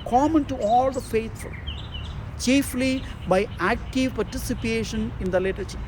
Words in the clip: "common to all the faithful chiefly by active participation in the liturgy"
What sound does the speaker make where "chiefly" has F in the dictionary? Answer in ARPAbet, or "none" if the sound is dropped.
F